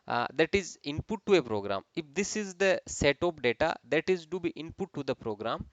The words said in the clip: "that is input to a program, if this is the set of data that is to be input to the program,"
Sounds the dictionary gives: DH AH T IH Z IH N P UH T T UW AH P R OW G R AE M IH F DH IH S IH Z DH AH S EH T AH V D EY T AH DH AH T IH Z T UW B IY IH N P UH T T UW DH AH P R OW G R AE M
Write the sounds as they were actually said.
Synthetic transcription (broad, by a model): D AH T IH Z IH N P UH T T UW AH P R OW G R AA M IH F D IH S IH Z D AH S EH T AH P D EY T AH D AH T IH Z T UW B IY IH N P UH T T UW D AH P R OW G R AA M